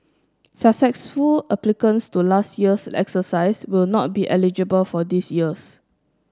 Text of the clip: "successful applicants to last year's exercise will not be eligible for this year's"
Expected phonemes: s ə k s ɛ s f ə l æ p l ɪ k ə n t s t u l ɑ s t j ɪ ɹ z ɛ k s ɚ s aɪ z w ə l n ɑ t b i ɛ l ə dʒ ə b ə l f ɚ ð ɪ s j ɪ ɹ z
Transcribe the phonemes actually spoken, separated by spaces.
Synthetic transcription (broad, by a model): s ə s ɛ s f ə l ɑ p l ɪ k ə n s t u l ɑ s t j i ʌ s ɛ k s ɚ s aɪ s w ə l n ɑ t b i ɛ l ə dʒ ə b ə l f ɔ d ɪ s j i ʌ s